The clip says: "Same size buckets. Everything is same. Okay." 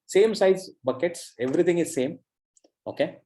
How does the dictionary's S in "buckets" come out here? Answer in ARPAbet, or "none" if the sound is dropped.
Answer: S